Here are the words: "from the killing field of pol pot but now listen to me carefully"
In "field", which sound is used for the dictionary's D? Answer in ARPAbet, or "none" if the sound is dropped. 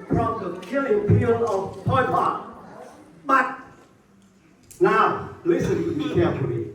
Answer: none